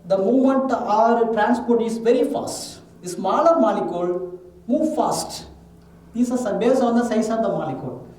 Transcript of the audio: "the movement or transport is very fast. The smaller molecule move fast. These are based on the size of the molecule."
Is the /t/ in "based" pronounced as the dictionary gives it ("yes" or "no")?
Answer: no